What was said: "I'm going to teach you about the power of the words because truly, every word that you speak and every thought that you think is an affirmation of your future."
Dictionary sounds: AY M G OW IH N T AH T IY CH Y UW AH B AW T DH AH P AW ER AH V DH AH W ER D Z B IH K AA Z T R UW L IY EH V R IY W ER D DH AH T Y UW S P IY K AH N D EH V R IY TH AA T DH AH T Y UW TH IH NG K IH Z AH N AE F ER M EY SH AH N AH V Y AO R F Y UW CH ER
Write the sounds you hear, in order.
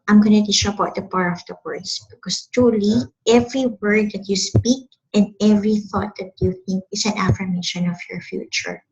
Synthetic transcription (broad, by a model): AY M G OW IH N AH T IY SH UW AH B AW T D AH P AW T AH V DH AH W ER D S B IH K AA S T R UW L IY EH V R IY W ER D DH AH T Y UW S P IY K AH N D EH V R IY TH AA T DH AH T Y UW TH IH NG K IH S AH N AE F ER M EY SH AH N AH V Y AO R F Y UW CH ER